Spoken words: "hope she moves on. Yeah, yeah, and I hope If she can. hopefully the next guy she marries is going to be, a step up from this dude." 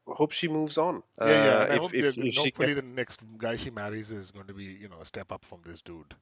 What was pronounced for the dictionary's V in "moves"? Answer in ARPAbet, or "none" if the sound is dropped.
V